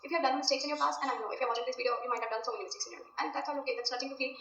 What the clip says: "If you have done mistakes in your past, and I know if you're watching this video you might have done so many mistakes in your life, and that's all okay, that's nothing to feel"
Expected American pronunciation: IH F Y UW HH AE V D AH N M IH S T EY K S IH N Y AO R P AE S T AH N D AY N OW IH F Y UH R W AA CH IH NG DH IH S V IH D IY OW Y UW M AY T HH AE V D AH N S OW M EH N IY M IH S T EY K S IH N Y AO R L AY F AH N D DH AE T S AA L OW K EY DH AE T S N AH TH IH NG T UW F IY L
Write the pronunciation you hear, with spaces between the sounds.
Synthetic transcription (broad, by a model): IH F Y UW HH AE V D AH N M IH S T EY K S IH N Y AO R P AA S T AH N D AY N OW IH F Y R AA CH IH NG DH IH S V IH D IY OW Y UW M AY T HH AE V D AH N S OW M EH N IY M IH S T EY K S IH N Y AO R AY AH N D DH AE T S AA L OW K EY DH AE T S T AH T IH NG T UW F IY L